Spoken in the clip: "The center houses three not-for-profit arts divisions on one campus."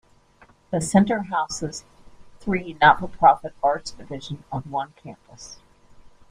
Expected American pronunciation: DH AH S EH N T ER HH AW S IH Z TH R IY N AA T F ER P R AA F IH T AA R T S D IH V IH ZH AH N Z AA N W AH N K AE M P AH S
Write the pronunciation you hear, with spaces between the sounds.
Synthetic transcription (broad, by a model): DH AH S EH N T ER HH AW S IH Z TH R IY N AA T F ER P R AA F IH T AA R T S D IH V IH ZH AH N AH N W AH N K AE M P AH S